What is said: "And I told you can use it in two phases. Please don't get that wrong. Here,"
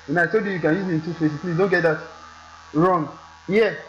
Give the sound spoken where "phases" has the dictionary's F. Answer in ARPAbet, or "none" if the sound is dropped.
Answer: P